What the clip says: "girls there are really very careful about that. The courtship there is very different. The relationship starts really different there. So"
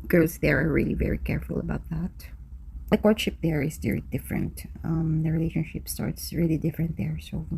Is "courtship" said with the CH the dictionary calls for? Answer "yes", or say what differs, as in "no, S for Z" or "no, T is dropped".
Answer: no, SH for CH